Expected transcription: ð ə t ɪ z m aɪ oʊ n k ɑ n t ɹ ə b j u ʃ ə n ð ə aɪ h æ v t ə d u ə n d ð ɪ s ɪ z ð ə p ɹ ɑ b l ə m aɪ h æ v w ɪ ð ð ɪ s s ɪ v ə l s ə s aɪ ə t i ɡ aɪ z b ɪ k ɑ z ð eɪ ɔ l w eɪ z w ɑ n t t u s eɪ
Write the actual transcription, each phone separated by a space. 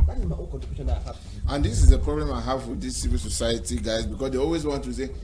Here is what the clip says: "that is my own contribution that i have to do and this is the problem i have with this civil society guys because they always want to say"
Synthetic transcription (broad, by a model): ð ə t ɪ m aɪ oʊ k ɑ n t ə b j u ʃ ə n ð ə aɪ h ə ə n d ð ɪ s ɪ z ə p ɹ ɑ b l ə m aɪ h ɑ v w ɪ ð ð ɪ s s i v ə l s ə s aɪ ə t i ɡ aɪ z b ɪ k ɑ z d eɪ ɔ l w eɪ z w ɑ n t t u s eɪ